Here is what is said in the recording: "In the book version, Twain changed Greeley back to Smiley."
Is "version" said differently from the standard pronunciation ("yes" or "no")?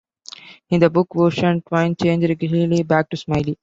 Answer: yes